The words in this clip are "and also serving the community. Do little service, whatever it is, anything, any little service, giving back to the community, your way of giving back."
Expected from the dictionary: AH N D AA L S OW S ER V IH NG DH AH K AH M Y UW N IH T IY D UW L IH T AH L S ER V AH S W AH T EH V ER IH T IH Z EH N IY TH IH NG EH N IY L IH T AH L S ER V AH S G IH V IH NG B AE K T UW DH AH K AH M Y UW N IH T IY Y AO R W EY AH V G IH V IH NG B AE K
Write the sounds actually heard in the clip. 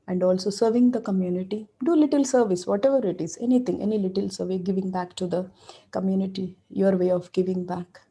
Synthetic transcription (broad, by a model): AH N D AA L S OW S ER V IH NG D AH K AH M Y UW N IH T IY D UW L IH T AH L S ER V AH S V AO T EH V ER IH T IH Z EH N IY T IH NG EH N IY L IH T AH L S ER V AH G IH V IH NG B AE K T UW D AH K AH M Y UW N IH T IY Y AO R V EY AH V G IH V IH NG B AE K